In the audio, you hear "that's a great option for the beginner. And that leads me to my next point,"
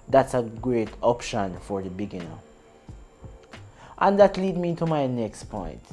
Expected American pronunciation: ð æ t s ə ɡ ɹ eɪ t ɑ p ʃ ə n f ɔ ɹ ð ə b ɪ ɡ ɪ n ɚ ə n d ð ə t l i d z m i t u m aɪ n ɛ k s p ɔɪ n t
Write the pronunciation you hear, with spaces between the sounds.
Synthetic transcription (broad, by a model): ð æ t s ə ɡ ɹ eɪ t ɑ p ʃ ə n f ɔ ɹ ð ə b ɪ ɡ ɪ n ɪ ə n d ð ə t l i d m i t u m aɪ n ɛ k s p ɔɪ n t